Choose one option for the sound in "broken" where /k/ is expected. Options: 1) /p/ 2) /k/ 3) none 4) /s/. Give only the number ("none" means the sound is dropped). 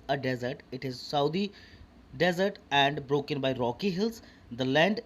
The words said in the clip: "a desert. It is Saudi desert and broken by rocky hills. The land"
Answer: 2